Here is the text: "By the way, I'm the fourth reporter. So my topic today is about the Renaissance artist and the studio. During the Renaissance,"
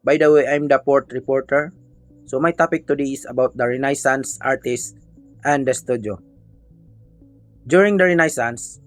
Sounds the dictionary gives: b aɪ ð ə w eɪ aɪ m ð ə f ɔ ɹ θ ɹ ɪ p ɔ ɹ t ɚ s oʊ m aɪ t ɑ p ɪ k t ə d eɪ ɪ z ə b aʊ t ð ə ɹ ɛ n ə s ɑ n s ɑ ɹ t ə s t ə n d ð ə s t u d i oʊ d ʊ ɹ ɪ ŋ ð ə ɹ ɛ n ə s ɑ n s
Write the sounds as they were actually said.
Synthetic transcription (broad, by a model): b aɪ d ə w eɪ aɪ m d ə p ɔ ɹ t ɹ ɪ p ɔ ɹ t ɚ s oʊ m aɪ t ɑ p ɪ k t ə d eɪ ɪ s ə b aʊ t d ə ɹ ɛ n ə s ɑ n s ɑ ɹ t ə s t ə n d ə s t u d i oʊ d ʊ ɹ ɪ ŋ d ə ɹ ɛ n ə s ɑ n s